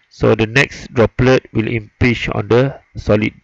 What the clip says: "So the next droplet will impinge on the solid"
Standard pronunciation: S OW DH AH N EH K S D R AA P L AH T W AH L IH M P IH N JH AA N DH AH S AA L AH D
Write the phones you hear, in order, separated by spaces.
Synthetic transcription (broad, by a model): S OW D AH N EH K S D R AA P L AH T W AH L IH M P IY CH AA N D AH S AA L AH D